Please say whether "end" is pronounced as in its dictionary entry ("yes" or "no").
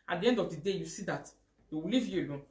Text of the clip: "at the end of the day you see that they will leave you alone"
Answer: yes